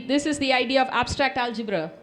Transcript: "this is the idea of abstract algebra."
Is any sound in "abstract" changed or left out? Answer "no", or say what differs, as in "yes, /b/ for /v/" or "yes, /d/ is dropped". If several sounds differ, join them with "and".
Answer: no